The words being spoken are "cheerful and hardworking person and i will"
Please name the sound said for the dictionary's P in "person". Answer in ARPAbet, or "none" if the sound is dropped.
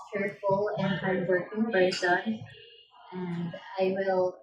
B